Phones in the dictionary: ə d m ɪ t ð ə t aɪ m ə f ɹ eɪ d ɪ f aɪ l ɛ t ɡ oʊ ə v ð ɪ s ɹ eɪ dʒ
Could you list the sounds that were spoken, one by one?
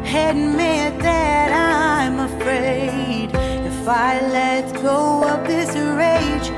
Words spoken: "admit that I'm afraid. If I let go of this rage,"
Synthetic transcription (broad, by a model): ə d m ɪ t ð ə t aɪ m ə f ɹ eɪ d ɪ f aɪ l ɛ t ɡ oʊ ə p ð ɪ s ɹ eɪ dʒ